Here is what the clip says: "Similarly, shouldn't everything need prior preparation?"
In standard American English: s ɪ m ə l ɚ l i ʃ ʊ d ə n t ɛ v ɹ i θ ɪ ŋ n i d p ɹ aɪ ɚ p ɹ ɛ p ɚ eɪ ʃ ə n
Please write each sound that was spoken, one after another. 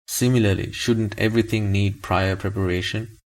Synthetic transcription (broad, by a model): s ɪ m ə l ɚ l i ʃ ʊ d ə n t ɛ v ɹ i t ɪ ŋ n i d p ɹ aɪ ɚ p ɹ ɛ p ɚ eɪ ʃ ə n